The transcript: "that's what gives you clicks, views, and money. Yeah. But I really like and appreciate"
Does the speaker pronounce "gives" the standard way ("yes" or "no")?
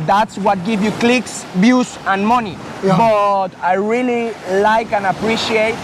no